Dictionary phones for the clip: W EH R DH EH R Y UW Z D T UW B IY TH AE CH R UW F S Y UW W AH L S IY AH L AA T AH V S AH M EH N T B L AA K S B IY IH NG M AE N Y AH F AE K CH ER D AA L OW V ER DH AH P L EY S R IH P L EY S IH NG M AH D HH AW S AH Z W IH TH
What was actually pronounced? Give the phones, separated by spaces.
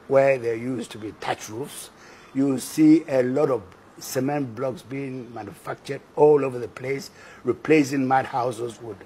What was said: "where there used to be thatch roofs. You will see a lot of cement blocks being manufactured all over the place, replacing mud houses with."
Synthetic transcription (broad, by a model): W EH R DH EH Y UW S T UW B IY T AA CH R UW F S Y UW S IY AH L AA T AH V S AH M EH N T B L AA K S B IY IH NG M AE N Y AH F AE K CH ER D AA L OW V ER DH AH P L EY S R IH P L EY S IH NG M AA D HH AW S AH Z W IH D